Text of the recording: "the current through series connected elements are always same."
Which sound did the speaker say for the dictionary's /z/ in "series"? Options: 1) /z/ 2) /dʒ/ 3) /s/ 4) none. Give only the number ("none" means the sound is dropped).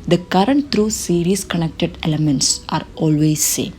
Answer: 3